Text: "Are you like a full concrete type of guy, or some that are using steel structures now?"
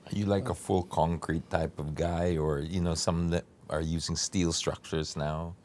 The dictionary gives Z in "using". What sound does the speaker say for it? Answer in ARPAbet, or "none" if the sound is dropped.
Z